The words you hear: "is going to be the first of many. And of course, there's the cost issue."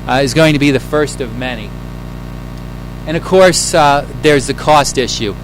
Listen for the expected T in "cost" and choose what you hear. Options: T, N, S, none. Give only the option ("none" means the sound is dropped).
T